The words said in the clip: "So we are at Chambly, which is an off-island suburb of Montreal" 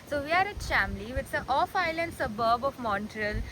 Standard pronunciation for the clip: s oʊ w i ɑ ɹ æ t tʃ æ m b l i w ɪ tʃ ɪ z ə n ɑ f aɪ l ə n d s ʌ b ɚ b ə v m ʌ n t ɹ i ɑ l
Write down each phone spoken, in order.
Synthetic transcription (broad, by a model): s oʊ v i ɑ ɹ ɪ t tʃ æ m l i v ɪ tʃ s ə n ɑ f aɪ l ə n d s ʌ b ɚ b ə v m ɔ n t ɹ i l